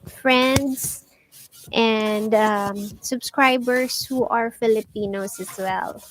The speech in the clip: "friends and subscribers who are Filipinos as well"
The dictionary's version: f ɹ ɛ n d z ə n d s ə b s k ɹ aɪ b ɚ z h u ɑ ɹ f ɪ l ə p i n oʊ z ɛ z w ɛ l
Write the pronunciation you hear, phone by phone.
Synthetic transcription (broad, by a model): f ɹ ɛ n d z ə n d s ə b s k ɹ aɪ b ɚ s h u ɑ ɹ f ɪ l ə p i n oʊ s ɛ s w ɛ l